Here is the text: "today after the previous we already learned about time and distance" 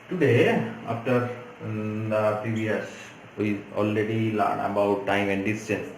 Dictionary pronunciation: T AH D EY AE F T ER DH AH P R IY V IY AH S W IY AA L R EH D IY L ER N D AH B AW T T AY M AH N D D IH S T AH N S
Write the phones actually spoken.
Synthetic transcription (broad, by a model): T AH D EY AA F T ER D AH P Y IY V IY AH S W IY AA L R EH D IY L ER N AH B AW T T AY M AH N D D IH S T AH N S